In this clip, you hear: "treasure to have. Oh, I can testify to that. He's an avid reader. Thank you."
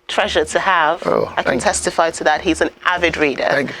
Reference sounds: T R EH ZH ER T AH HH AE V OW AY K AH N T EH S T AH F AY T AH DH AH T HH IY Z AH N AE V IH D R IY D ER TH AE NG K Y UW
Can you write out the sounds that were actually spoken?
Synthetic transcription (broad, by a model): T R EH ZH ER T AH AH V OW AY K AH N T EH S T AH F AY T AH DH AH T HH IY Z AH N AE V IH D R IY D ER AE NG